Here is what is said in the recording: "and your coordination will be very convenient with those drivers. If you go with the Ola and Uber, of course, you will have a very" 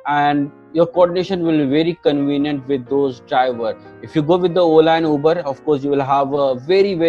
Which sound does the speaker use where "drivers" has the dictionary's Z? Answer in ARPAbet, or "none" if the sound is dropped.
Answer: none